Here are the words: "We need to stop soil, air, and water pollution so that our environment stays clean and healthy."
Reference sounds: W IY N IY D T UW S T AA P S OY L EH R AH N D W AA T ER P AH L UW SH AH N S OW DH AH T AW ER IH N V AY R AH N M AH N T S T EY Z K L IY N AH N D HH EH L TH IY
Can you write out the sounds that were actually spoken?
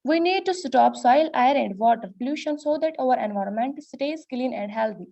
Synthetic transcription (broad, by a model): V IY N IY D T UW S T AA P S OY L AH R AH N D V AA T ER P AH L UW SH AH N S OW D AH T AW ER IH N V AY R AH N M AH N T S T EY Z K L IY N AH N D HH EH L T IY